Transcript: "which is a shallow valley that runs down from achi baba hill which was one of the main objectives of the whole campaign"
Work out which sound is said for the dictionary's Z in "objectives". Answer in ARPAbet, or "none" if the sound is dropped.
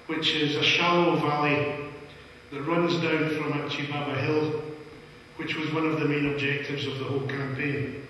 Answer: Z